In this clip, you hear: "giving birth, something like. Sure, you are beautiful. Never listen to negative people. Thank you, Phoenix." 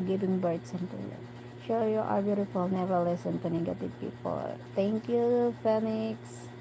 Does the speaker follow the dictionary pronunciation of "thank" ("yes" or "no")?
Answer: no